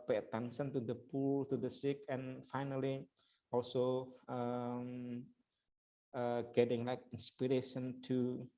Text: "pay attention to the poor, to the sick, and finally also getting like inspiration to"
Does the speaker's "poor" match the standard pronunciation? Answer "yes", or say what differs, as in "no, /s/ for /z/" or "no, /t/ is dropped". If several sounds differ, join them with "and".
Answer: no, /l/ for /ɹ/